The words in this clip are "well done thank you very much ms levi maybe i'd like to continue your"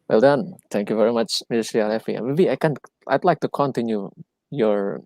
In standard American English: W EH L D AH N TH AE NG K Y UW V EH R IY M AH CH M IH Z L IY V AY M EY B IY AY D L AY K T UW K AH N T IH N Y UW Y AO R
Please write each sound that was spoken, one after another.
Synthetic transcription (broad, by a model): W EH L D AH N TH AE NG K Y UW V EH R IY M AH CH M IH S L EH F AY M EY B IY AY D L AY K T UW K AH N T IH N Y UW Y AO R